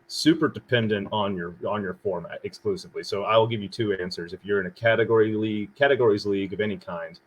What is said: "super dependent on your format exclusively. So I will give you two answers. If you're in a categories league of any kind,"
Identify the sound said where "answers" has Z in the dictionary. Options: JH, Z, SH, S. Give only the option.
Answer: Z